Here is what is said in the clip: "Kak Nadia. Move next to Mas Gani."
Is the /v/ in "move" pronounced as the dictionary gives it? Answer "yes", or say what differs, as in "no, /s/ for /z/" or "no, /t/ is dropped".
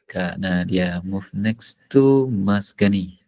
no, /f/ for /v/